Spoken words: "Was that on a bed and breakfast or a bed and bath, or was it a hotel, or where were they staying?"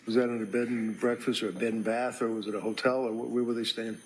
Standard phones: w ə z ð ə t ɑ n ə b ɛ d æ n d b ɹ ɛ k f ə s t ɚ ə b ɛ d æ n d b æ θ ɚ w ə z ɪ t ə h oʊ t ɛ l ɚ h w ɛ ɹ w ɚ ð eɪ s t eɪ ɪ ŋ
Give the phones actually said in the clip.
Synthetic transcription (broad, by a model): w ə z ð ə t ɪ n ə b ɛ d n b ɹ ɛ k f ə s t ɚ ə b ɛ d n b æ θ ɚ w ə z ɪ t ə h oʊ t ɛ l ɚ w w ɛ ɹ w ɚ ð eɪ s t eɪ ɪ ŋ